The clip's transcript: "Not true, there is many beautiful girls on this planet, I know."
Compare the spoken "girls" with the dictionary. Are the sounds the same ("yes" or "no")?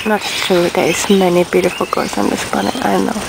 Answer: no